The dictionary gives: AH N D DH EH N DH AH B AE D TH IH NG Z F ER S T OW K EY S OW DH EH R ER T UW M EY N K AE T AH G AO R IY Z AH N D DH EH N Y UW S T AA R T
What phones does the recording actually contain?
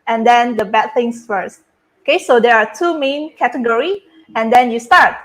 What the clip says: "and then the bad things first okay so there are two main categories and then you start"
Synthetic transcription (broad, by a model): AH N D EH N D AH B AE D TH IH NG S F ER S T OW K EY S OW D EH R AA T UW M EY N K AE T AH G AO R IY AH N D EH N Y UW S T AA R T